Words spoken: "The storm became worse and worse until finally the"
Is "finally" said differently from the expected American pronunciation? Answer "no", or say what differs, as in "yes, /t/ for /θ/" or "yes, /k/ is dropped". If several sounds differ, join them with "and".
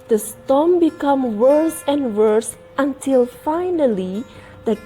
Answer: no